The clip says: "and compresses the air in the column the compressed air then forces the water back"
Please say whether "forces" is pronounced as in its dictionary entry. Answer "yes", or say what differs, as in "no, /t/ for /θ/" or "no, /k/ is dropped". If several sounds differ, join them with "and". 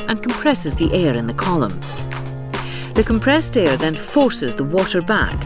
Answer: yes